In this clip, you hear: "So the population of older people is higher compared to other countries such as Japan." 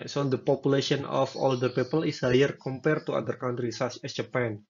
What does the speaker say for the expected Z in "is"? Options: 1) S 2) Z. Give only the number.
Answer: 1